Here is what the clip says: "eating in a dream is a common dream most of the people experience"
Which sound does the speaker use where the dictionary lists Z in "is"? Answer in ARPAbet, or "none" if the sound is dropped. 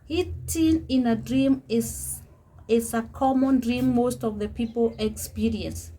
S